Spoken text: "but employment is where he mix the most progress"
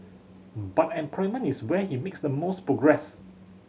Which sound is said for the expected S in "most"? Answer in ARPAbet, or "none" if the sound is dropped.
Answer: S